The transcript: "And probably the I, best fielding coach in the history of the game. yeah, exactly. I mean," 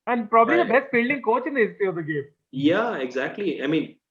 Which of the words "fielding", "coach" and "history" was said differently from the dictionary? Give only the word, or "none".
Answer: history